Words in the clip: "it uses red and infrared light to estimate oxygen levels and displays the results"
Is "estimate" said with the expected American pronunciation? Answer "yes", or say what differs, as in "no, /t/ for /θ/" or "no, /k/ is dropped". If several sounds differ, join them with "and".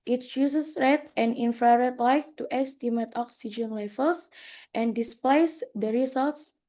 yes